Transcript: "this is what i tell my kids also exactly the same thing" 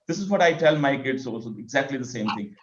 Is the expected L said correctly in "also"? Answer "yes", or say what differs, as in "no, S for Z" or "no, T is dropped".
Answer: no, L is dropped